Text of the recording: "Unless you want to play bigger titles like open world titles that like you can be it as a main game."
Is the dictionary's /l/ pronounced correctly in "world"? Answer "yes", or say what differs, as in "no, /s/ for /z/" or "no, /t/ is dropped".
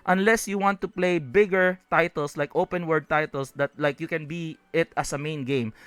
no, /l/ is dropped